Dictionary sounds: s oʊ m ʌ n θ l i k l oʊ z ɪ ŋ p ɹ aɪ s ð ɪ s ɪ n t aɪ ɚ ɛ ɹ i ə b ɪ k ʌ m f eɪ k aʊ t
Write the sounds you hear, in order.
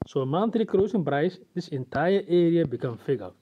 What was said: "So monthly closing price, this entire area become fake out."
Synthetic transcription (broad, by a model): s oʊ m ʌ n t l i k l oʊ s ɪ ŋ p ɹ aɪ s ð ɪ s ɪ n t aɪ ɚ ɛ ɹ i ə b ɪ k ʌ m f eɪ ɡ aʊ